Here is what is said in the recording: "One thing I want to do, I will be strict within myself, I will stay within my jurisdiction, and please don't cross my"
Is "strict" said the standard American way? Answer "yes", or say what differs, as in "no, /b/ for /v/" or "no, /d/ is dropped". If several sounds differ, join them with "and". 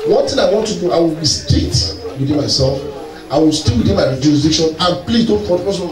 no, /ɹ/ is dropped and /k/ is dropped